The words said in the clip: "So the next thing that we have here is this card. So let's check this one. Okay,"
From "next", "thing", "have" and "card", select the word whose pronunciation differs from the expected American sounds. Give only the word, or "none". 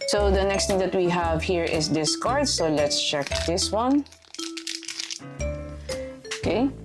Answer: thing